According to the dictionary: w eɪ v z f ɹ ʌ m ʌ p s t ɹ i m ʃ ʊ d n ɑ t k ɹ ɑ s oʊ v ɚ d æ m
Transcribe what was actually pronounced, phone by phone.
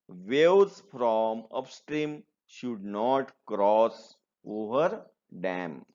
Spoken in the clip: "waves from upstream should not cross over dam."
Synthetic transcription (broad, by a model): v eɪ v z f ɹ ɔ m ʌ p s t ɹ i m ʃ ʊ d n ɑ t k ɹ ɑ s oʊ v ɚ d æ m